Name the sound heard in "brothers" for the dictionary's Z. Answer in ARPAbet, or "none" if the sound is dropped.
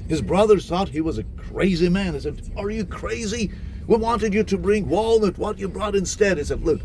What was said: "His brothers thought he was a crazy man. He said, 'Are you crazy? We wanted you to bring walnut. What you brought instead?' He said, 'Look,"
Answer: none